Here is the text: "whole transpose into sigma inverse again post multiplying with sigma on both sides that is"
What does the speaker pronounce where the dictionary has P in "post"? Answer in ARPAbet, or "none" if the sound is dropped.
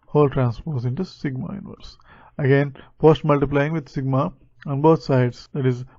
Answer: F